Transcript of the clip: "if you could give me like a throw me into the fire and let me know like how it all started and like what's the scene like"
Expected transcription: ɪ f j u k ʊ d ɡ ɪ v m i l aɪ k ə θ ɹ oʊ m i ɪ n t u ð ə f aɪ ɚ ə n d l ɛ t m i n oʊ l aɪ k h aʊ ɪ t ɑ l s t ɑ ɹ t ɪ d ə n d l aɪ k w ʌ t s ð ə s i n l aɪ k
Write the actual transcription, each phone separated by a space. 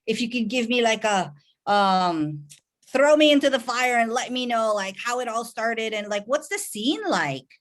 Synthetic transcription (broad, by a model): ɪ f j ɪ k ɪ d ɡ ɪ v m i l aɪ k ə θ ɹ oʊ m i ɪ n t u ð ə f aɪ ɚ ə n l ɛ t m i n oʊ l aɪ k h aʊ ɪ t ɑ l s t ɑ ɹ t ɪ d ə n l aɪ k w ʌ t s ð ə s i n l aɪ k